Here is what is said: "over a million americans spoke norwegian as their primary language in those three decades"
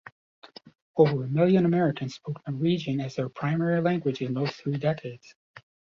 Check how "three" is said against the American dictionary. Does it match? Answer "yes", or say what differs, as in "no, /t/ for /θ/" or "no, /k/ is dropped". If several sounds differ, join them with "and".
yes